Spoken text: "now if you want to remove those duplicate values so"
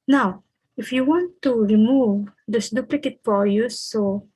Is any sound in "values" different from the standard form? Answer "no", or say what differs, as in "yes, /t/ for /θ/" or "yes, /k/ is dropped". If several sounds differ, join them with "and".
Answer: yes, /f/ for /v/